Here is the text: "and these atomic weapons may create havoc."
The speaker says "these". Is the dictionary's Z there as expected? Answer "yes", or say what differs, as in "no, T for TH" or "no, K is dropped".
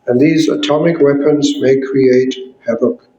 yes